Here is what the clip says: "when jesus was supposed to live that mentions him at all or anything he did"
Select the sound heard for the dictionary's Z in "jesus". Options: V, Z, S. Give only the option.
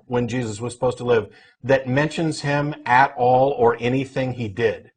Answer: Z